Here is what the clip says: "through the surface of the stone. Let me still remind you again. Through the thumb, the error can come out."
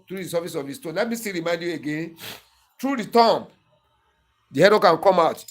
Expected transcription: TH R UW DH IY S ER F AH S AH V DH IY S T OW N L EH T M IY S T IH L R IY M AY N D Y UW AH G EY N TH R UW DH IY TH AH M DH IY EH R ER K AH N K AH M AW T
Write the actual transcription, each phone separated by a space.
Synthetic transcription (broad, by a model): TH R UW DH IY S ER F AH S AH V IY S T OW N L EH T M IY S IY R IY M AY N D Y UW AH G EY N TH R UW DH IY T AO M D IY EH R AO K AH N K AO M AW T